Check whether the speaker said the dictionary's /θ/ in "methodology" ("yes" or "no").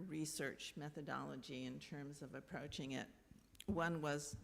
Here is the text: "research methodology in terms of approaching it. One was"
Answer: yes